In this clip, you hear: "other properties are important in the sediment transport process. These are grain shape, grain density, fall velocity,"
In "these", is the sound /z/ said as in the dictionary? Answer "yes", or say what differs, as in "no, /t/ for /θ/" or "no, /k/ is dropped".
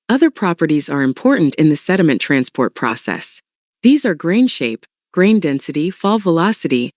yes